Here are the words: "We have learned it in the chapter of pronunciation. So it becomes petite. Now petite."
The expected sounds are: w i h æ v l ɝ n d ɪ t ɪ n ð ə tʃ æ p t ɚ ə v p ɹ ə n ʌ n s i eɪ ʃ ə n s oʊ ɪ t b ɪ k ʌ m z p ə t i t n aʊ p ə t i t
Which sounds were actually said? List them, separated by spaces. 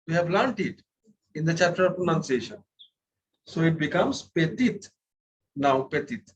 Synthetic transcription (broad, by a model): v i h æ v l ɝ n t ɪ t ɪ n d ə tʃ æ p t ɚ ə v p ɹ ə n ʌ n s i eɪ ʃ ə n s oʊ ɪ t b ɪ k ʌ m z p ə t i t n aʊ p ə t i t